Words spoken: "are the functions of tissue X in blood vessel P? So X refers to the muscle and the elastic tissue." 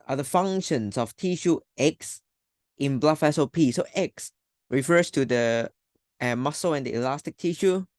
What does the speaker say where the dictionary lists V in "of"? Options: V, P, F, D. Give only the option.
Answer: F